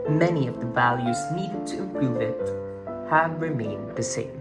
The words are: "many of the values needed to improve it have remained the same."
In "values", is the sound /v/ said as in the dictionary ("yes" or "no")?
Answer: yes